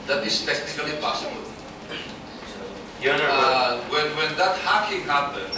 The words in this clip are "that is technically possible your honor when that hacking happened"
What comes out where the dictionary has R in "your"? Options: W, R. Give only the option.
W